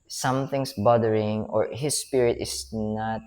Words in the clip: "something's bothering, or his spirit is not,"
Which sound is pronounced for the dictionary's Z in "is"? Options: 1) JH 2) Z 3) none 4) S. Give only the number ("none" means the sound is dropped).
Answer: 4